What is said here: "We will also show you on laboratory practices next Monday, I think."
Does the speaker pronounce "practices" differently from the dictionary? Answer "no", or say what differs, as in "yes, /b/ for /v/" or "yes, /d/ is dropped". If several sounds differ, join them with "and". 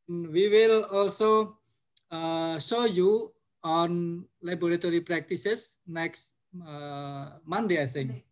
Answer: yes, /s/ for /z/